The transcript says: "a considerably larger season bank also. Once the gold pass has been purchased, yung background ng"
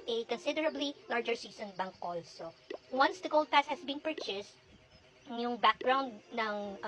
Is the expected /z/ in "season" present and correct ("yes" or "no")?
no